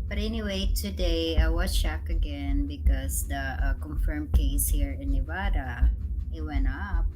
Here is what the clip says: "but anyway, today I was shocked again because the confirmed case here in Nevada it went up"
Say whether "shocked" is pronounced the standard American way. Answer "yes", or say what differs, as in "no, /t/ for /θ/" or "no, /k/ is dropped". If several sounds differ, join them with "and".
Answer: no, /t/ is dropped